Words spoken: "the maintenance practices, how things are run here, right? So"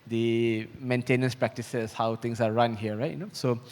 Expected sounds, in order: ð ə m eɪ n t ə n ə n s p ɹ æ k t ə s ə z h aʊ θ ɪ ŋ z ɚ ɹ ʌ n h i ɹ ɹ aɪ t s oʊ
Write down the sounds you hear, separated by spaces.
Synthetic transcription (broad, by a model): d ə m eɪ n t ə n ə n s p ɹ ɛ k t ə s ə s h aʊ t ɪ ŋ s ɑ ɹ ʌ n h i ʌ ɹ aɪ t s oʊ